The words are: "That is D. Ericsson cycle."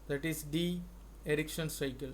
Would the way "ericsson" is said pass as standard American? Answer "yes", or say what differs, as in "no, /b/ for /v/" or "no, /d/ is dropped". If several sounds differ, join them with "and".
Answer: no, /ʃ/ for /s/